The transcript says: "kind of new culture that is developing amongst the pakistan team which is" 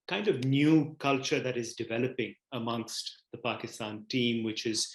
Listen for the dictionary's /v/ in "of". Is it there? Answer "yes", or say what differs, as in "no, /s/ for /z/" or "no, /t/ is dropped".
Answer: yes